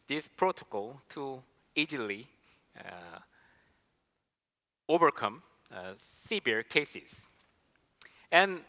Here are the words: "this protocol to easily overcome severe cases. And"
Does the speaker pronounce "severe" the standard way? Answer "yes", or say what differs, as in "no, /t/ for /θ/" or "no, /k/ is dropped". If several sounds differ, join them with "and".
no, /b/ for /v/